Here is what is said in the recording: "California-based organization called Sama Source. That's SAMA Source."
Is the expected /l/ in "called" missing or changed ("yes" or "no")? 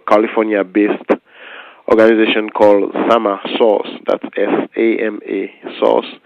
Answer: no